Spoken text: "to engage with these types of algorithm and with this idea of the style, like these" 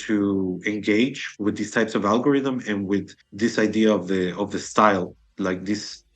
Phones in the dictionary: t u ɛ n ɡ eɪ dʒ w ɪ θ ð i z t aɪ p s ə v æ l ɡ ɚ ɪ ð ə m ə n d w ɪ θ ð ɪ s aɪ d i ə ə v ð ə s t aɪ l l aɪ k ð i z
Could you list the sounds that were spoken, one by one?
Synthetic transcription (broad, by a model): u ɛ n ɡ eɪ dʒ w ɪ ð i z t aɪ p s ə v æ l ɡ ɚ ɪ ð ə m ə n w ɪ ð ɪ s aɪ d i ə ə v ð ə s t aɪ l l aɪ k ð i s